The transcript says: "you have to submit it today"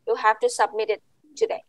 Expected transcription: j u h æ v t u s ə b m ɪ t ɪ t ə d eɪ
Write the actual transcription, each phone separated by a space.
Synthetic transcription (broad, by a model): j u h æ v t u s ə b m ɪ t ɪ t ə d eɪ